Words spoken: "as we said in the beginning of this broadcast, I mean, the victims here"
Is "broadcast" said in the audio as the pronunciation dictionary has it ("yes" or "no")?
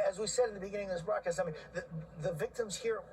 no